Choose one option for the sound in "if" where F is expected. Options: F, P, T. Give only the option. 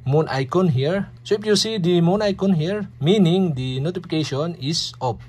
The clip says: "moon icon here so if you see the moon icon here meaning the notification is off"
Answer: P